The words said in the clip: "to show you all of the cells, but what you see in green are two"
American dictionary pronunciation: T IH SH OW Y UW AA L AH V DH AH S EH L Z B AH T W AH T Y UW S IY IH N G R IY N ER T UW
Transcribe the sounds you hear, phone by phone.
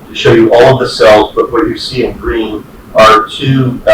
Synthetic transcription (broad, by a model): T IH SH OW Y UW AA L AH V DH AH S EH L Z B AH T W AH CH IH S IY IH N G R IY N ER T UW